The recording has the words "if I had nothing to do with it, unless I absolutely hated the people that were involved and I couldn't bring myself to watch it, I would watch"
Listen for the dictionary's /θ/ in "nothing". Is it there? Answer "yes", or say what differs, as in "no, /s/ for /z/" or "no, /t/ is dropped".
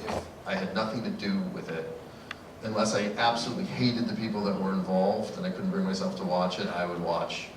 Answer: yes